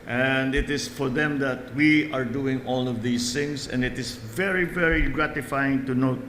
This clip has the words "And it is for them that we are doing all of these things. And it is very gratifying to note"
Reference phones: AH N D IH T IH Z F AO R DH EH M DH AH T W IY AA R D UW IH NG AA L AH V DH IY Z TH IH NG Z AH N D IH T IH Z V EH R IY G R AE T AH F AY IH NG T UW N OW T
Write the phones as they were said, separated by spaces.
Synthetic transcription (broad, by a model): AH N D IH T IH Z F AO R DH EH M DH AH T W IY AA R D UW IH NG AA L AH V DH IY S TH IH NG S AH N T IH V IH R V EH R IY G R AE T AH F AY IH NG T UW N OW T